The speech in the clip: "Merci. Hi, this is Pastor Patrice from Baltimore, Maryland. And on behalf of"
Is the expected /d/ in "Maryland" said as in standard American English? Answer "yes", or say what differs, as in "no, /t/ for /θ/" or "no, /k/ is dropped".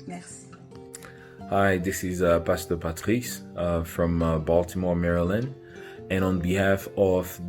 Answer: no, /d/ is dropped